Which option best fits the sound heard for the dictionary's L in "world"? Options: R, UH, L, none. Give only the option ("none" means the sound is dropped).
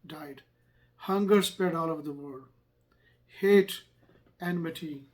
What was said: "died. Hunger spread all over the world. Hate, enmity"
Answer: none